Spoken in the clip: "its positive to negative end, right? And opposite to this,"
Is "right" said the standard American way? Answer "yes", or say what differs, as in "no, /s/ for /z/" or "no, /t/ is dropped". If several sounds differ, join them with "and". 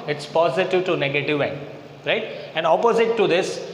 yes